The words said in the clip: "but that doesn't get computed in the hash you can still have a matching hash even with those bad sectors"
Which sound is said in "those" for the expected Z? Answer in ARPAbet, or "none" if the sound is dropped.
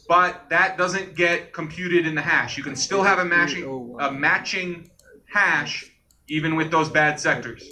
Z